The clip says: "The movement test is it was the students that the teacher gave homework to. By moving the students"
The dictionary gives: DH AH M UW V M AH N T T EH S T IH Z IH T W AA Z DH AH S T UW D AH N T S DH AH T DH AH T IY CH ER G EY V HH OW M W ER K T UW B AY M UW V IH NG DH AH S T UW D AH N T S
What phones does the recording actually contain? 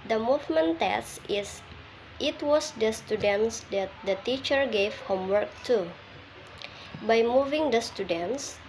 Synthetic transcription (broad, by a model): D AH M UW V M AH N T T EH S IH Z IH T W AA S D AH S T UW D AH N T S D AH T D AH T IY CH ER G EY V HH OW M W ER K T UW B AY M UW V IH NG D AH S T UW D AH N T S